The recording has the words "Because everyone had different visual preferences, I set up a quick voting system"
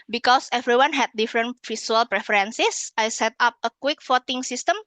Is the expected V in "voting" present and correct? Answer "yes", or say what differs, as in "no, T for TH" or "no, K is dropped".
no, F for V